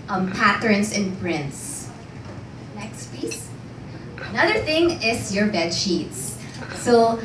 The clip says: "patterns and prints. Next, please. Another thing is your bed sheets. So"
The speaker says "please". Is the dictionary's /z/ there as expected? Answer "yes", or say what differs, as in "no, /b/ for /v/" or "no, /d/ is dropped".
no, /s/ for /z/